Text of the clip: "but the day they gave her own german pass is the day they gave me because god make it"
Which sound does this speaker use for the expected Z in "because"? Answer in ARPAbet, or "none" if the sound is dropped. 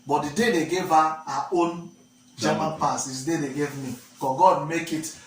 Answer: none